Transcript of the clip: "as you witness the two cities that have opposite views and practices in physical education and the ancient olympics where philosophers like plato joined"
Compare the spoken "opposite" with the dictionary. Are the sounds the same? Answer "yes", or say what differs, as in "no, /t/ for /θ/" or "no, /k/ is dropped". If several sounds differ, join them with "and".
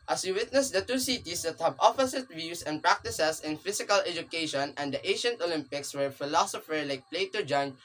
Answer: no, /f/ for /p/ and /s/ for /z/